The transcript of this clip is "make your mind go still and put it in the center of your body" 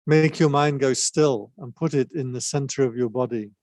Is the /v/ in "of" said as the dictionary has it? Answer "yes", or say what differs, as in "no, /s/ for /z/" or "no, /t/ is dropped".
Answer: yes